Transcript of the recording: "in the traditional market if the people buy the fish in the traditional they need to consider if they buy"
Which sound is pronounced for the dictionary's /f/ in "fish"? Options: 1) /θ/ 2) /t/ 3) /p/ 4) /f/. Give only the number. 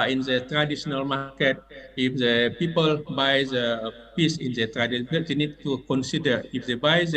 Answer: 3